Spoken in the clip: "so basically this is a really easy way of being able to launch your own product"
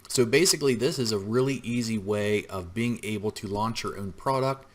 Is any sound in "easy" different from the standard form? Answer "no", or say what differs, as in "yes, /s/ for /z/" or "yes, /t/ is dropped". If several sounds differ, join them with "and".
no